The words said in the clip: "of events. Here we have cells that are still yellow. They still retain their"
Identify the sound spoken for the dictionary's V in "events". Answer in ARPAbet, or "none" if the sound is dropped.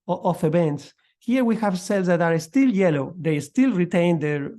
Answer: B